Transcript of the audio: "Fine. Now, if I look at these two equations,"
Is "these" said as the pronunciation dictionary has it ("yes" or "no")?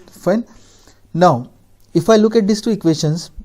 no